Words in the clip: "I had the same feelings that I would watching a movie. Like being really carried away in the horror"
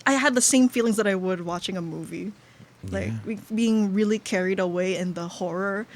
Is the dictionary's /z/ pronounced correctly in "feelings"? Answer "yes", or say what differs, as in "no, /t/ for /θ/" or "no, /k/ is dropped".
yes